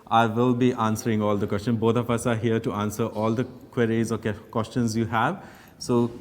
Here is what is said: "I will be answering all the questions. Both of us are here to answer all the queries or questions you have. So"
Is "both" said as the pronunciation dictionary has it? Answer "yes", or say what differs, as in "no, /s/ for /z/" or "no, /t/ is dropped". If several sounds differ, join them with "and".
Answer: no, /t/ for /θ/